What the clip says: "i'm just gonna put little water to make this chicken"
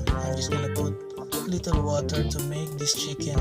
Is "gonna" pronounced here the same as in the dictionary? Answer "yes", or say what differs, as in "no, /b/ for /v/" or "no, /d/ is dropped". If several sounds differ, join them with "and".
no, /l/ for /n/